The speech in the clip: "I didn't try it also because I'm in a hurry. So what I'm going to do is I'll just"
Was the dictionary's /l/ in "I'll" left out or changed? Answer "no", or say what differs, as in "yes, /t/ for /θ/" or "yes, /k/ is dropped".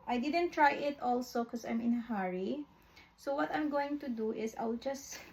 yes, /w/ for /l/